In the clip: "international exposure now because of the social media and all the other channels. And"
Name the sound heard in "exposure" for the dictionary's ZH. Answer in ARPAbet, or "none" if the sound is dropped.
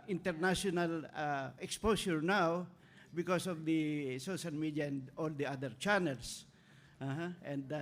S